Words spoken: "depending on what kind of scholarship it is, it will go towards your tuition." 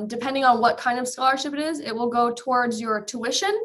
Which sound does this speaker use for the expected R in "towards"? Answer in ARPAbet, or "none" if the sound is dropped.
R